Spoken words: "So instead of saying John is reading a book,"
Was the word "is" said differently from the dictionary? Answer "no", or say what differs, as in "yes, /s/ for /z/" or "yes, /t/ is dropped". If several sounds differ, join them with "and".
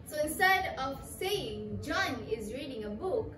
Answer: no